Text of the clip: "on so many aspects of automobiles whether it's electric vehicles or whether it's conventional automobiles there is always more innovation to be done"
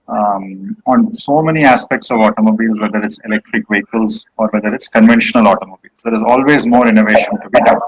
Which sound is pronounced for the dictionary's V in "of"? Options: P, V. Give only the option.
V